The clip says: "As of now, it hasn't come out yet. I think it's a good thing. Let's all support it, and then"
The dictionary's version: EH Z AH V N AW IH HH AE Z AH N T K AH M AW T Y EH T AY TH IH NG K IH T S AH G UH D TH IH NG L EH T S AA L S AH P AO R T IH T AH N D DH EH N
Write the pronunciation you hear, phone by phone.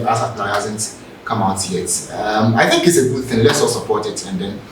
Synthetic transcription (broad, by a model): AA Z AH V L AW IH HH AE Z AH N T K AH M AW T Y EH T AY TH IH NG K IH T S AH G UH D TH IH NG L EH T S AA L S AH P AO R T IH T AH N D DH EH N